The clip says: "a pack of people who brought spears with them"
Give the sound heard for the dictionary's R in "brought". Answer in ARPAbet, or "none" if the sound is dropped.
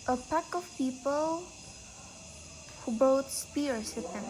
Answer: none